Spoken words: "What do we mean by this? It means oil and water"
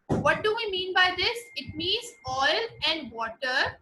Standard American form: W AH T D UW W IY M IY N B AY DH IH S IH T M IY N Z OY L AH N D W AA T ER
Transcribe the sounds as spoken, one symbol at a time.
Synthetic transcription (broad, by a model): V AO T D UW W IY M IY N B AY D IH S IH T M IY N Z OY L AH N D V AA T ER